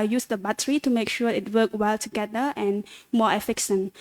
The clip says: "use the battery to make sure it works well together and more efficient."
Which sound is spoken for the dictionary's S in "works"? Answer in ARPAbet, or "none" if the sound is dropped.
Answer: none